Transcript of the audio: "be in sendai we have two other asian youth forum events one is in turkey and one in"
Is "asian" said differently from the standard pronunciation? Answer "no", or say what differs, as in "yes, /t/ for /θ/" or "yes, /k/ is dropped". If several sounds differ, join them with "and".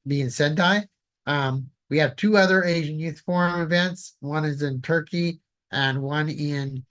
no